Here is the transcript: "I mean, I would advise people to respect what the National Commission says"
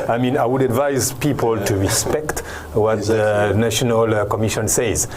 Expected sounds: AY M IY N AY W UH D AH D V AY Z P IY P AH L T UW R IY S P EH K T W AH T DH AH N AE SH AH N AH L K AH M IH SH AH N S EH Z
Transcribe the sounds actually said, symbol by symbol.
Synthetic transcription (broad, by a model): AY M IY N AY W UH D AH D V AY Z P IY P AH L T UW R IY S P EH K T W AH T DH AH N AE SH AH N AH L K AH M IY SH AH N S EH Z